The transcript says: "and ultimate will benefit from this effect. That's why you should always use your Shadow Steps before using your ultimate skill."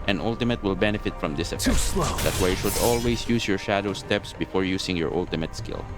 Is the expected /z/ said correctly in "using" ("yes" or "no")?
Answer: no